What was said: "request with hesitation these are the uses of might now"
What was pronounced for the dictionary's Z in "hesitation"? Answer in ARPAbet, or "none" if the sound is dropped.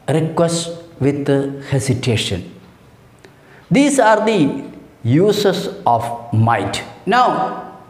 S